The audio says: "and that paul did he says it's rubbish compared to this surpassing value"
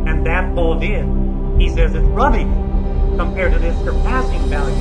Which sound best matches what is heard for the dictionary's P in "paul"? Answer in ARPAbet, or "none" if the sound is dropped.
B